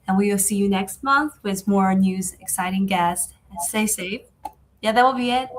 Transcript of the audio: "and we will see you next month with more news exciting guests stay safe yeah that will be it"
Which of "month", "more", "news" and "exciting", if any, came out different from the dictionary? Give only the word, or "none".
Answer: none